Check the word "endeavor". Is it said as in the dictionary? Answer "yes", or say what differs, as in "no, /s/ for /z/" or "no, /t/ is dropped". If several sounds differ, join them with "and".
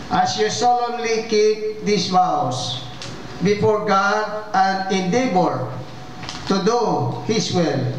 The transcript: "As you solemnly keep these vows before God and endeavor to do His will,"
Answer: no, /b/ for /v/